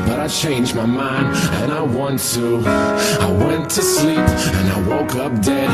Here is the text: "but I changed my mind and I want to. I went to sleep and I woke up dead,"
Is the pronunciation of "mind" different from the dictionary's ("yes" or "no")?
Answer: no